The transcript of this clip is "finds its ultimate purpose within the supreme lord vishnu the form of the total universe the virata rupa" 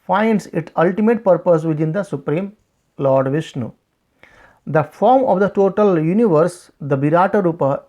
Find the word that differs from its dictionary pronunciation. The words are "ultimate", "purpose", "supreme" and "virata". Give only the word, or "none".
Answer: virata